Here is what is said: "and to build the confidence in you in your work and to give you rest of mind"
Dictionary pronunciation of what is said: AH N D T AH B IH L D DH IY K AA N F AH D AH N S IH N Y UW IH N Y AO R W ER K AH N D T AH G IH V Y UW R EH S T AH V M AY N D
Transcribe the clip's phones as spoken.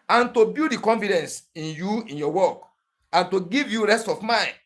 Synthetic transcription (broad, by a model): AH N T AH B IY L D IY K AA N F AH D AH N S IH N Y UW IH N Y AO W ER K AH N T AH G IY V Y UW R EH S T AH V M AY N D